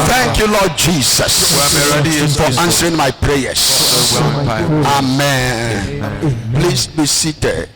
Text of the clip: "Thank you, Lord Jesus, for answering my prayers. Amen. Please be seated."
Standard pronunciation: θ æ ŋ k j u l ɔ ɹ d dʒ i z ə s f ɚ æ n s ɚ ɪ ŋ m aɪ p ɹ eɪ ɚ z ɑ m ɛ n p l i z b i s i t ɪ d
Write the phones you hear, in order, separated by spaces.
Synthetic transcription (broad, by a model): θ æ ŋ k j u l ɔ d dʒ i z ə s f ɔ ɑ n s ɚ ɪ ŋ m aɪ p ɹ eɪ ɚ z ɑ m ɛ n p l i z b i s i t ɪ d